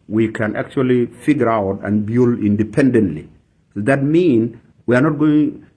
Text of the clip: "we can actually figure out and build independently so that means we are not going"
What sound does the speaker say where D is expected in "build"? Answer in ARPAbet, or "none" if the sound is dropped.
none